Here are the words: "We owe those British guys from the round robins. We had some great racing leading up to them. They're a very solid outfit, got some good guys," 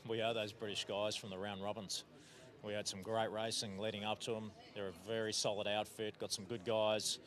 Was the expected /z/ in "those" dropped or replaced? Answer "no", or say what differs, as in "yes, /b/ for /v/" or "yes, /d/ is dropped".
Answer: no